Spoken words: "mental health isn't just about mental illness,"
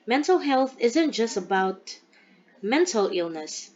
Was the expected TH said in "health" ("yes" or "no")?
yes